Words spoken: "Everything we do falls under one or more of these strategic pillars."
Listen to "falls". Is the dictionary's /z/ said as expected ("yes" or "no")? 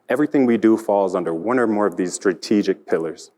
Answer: yes